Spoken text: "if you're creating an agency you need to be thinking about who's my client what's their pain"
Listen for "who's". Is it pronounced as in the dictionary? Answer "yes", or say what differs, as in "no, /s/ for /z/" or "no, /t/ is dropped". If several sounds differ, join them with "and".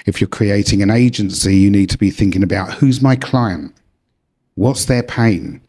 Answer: yes